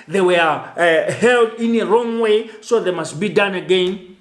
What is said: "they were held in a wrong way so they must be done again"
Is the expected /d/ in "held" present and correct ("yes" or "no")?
yes